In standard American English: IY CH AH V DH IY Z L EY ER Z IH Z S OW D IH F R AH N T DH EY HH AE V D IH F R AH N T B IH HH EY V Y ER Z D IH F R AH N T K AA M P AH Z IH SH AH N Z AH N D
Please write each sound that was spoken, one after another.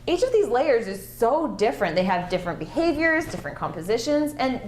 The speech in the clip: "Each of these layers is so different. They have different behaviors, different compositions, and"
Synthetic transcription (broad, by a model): IY CH AH V DH IY Z L EY ER Z IH Z S OW D IH F R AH N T DH EY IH V D IH F R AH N B IH HH EY V Y ER Z D IH F R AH N K AA M P AH Z IH SH AH N Z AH N